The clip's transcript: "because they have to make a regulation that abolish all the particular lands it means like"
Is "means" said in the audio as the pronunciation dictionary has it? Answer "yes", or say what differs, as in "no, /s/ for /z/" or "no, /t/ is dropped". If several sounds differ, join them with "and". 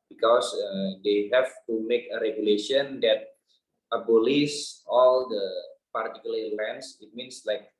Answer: no, /s/ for /z/